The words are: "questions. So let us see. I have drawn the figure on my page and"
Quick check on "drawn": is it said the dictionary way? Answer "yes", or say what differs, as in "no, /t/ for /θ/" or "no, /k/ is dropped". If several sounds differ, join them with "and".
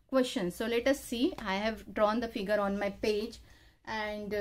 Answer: yes